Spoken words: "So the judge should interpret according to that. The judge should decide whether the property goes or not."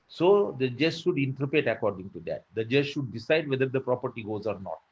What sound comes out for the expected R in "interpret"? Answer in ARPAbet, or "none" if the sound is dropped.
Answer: none